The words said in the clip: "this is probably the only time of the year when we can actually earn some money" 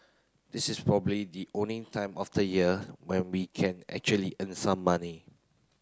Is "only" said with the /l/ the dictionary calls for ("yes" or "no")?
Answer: no